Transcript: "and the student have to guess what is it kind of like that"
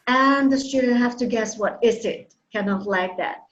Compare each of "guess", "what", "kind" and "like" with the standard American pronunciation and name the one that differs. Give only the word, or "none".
kind